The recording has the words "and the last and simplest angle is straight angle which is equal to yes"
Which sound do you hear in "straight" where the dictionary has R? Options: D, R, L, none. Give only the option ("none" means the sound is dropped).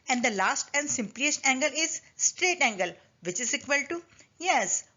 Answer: R